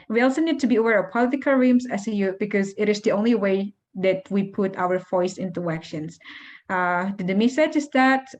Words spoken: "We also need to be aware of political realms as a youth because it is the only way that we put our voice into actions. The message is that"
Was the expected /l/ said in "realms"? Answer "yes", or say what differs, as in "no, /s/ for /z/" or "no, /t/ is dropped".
no, /l/ is dropped